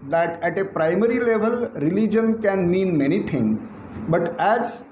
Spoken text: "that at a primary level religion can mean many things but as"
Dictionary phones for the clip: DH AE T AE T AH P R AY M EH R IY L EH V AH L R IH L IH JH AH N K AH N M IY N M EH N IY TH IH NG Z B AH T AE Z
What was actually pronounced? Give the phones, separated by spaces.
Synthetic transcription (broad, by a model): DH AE T AE T AH P R AY M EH R IY L EH V AH L R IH L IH JH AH N K AH N M IY N M EH N IY T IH NG B AH T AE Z